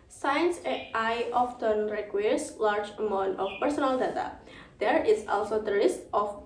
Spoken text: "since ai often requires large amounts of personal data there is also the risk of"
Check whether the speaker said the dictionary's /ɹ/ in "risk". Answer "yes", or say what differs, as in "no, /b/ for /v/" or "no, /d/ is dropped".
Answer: no, /l/ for /ɹ/